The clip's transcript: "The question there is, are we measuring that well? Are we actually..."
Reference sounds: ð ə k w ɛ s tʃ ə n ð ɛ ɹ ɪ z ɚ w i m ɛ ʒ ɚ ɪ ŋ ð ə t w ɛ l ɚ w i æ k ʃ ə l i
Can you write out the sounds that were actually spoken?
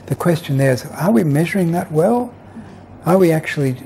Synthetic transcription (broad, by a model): ð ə k w ɛ s tʃ ə n ð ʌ ɹ ɪ z ɚ w i m ɛ ʒ ɚ ɪ ŋ ð ə t w ɛ l ɚ w i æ k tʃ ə l i